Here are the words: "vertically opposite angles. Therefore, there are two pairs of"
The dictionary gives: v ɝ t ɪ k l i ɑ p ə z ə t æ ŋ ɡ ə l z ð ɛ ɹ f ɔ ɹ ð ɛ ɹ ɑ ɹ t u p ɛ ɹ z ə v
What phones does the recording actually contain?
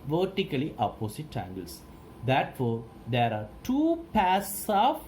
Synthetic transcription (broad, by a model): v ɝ t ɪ k l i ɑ p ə s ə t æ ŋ ɡ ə l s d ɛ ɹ f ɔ ɹ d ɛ ɹ ɑ ɹ t u p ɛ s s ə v